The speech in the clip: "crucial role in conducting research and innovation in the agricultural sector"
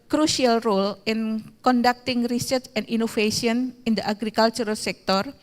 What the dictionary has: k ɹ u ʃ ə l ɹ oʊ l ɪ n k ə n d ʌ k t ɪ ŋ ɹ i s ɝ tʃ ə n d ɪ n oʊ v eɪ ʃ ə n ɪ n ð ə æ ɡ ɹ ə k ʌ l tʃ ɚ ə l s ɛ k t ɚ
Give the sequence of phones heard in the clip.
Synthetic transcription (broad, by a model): k ɹ u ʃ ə l ɹ oʊ l ɪ n k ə n d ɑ k t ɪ ŋ ɹ i s ɝ tʃ ə n d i n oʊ f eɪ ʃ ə n ɪ n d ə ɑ ɡ ɹ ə k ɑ l tʃ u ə l s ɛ k t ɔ